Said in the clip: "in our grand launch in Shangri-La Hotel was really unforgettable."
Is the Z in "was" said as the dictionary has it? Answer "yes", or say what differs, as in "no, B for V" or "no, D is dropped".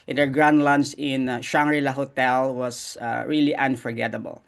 no, S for Z